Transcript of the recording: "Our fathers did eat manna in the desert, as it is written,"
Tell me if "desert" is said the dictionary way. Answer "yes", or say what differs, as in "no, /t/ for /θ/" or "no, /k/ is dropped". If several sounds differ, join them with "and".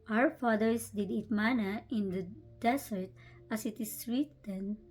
no, /s/ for /z/